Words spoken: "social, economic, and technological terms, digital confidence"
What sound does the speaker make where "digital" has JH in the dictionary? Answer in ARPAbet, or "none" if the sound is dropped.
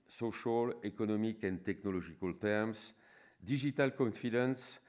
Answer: ZH